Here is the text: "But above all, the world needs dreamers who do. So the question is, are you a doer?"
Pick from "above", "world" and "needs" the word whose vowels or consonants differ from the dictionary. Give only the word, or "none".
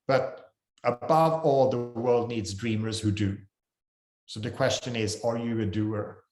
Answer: none